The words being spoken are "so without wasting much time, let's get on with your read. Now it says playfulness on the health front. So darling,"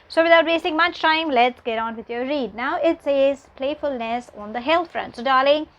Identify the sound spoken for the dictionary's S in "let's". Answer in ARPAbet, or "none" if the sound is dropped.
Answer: S